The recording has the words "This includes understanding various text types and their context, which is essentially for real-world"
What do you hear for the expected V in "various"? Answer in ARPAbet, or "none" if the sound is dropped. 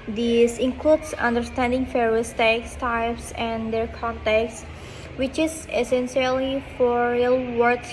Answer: F